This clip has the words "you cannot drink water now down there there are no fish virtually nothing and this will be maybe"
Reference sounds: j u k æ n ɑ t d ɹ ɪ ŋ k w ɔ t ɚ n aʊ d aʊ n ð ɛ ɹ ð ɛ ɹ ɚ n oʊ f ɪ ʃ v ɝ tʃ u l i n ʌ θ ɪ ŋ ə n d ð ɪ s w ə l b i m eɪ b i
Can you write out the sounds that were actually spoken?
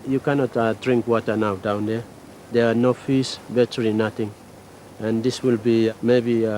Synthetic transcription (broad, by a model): j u k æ n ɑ t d ɹ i ŋ k w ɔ t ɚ n aʊ d aʊ n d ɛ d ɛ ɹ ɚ n oʊ f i s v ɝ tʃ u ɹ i n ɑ t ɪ ŋ ə n d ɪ s w ə l b i m eɪ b i